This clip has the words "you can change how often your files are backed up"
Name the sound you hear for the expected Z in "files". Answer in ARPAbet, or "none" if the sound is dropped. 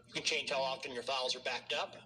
Z